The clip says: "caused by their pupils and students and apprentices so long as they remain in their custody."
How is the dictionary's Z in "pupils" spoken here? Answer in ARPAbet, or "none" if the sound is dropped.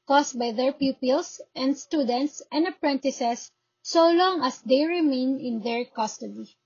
S